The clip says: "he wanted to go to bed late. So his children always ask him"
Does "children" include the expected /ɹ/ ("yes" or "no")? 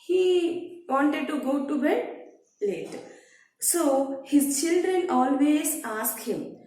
yes